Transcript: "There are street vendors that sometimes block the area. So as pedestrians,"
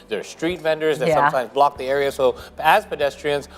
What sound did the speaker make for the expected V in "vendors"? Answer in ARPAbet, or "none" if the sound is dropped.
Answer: V